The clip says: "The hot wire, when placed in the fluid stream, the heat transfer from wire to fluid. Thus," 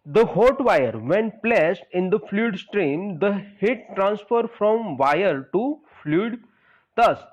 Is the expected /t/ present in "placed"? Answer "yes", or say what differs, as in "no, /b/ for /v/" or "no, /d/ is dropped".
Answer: yes